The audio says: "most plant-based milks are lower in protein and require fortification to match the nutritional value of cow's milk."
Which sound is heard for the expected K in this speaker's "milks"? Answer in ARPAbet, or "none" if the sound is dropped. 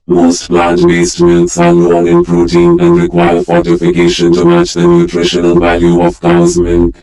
none